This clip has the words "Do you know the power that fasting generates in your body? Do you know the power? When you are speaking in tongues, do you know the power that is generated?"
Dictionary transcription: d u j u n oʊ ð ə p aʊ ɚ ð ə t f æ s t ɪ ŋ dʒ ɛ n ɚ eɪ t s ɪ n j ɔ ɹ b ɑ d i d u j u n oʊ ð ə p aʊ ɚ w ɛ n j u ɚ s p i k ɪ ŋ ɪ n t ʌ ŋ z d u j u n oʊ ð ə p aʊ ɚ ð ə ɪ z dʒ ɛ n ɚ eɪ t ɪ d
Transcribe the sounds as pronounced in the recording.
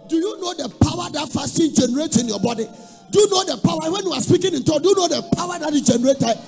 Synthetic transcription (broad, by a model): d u j u n oʊ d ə p aʊ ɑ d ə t f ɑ s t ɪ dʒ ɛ n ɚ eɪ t ɪ n j ɔ b ɑ d i d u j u n oʊ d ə p aʊ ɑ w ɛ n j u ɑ s p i k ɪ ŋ ɪ n t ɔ d u j u n oʊ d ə p aʊ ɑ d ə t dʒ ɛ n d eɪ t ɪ